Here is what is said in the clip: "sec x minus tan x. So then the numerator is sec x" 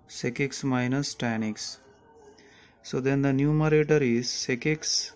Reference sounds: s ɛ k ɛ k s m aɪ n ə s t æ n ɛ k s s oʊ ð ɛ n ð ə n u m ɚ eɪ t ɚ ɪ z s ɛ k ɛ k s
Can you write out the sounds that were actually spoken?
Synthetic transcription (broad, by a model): s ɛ k ɛ k s m aɪ n ə s t æ n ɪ k s s oʊ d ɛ n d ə n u m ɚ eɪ t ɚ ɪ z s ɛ k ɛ k s